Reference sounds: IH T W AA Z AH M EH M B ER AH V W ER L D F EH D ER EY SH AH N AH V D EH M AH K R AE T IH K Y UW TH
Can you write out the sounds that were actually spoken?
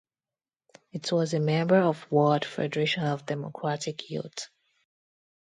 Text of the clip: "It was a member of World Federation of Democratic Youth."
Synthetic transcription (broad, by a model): IH T W AA Z AH M EH M B ER AH V W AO D F EH D ER EY SH AH N AH V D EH M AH K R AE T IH K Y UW T